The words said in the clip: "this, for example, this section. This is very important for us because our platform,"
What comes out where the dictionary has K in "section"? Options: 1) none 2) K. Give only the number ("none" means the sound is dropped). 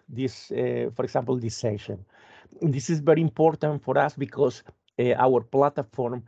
1